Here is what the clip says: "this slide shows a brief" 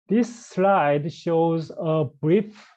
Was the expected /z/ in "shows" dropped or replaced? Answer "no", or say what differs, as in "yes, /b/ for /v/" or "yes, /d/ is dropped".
no